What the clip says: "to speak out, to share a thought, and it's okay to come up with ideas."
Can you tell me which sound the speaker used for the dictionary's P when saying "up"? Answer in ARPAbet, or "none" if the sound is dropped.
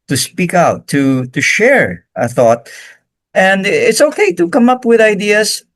P